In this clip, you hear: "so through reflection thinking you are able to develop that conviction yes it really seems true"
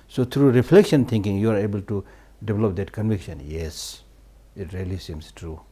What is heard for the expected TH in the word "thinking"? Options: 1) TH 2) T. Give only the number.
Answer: 2